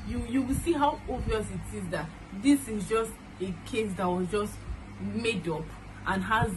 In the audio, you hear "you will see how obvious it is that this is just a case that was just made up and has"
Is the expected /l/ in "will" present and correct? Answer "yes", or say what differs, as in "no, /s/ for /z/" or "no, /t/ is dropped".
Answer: no, /w/ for /l/